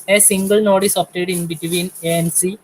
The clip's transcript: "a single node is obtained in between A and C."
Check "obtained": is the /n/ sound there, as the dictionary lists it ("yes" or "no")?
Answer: no